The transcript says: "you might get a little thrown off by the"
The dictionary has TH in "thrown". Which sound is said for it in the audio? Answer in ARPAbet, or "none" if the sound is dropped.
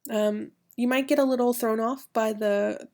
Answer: TH